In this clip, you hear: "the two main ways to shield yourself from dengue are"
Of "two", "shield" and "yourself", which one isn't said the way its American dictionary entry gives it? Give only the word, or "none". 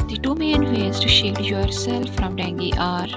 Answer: shield